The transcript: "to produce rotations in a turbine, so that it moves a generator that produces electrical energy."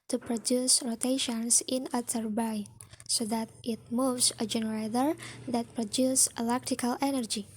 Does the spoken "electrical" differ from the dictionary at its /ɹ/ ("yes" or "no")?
yes